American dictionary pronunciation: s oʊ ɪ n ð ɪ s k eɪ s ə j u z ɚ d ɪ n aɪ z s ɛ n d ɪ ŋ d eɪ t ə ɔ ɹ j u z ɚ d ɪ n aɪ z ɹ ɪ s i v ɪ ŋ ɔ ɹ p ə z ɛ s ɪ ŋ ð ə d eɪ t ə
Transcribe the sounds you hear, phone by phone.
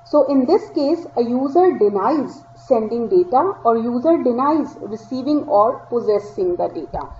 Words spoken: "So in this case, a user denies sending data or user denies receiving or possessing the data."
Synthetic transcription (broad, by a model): s oʊ ɪ n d ɪ s k eɪ s ə j u z ɚ d ɪ n aɪ z s ɛ n d ɪ ŋ d eɪ t ə ɔ ɹ j u z ɚ d ɪ n aɪ z ɹ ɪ s i v ɪ ŋ ɔ ɹ p ə z ɛ s ɪ ŋ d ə d eɪ t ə